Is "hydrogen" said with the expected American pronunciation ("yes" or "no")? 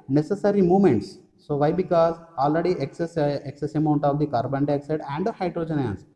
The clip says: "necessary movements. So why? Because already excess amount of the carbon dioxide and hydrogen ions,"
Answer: yes